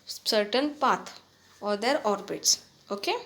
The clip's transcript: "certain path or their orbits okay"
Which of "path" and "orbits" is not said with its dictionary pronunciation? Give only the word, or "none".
path